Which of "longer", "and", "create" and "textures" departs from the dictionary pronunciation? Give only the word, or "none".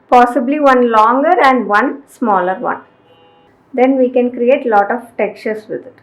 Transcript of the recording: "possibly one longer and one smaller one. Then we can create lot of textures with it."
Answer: textures